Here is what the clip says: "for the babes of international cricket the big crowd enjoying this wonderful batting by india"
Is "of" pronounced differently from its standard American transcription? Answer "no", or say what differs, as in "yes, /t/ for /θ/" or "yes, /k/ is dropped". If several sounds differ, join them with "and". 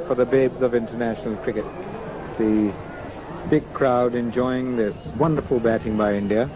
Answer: no